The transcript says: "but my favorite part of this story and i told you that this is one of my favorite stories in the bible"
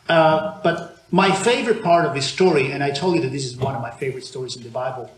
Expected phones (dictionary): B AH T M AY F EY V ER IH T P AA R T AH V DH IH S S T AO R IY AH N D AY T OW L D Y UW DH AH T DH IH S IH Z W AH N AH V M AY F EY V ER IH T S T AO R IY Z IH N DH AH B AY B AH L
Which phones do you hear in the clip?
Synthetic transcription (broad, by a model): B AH T M AY F EY V ER IH T P AA R T AH V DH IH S S T AO R IY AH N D AY T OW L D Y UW DH AH T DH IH S IH Z W AH N AH V M AY F EY V ER IH T S T AO R IY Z IH N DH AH B AY B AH L